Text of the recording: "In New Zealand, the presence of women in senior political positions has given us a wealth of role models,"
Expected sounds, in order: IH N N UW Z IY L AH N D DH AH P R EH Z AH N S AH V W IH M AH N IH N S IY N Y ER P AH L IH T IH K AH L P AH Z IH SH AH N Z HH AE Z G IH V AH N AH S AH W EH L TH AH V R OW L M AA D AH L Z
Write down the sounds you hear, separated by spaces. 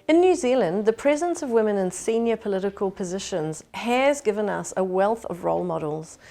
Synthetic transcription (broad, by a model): IH N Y UW Z IY L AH N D DH AH P R EH Z AH N S AH V W IH M AH N IH N S IY N Y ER P AH L IH T IH K AH L P AH Z IH SH AH N Z HH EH Z G IH V AH N AH S AH W EH L TH AH V R OW L M AA D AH L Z